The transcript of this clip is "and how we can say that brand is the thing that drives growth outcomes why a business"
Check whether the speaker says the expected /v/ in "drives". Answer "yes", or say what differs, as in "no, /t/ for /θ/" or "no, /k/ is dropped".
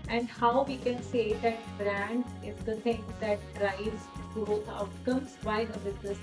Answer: no, /v/ is dropped